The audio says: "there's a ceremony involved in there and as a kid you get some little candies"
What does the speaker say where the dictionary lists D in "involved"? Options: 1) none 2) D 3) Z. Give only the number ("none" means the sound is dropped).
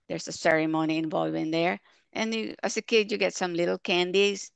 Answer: 1